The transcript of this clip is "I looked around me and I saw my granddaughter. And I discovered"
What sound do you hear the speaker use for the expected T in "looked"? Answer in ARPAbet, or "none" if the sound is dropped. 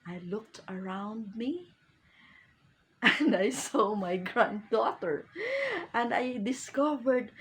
T